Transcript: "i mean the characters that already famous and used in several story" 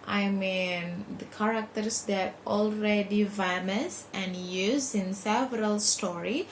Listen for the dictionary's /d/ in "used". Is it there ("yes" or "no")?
no